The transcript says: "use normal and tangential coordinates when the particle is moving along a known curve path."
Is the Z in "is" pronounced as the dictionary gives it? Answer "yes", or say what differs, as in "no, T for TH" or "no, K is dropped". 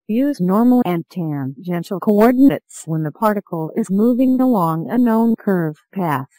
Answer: yes